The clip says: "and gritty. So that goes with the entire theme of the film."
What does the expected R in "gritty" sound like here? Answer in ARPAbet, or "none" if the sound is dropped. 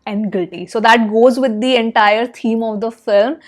none